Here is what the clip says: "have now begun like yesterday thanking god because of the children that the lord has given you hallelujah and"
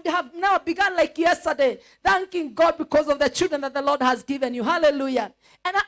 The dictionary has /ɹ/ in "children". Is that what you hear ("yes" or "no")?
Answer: yes